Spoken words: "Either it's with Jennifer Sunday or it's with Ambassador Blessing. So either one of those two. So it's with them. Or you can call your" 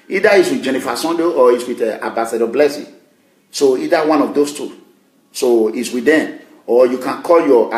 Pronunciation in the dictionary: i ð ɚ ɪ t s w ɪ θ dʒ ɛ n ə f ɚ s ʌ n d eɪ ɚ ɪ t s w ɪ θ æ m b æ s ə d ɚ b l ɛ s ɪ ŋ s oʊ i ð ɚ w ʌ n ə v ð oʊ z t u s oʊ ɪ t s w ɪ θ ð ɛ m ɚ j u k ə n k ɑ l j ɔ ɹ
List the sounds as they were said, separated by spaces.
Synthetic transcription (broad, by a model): i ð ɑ ɪ t s w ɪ dʒ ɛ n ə f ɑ s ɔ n d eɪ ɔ ɪ t s w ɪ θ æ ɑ b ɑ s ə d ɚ b l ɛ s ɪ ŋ s oʊ i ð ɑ w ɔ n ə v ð oʊ s t u s oʊ ɪ t s w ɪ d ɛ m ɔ j u k ə n k ɑ l j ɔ